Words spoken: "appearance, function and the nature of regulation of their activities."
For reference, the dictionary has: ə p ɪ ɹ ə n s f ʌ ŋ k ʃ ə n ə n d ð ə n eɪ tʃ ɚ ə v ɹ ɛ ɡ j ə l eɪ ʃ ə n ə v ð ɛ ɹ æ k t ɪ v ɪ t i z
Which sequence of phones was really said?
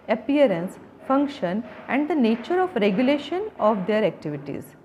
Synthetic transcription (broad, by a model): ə p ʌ ɹ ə n s f ʌ ŋ k ʃ ə n ə n d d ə n eɪ tʃ ɚ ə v ɹ ɛ ɡ j ə l eɪ ʃ ə n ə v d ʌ ɹ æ k t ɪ v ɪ t i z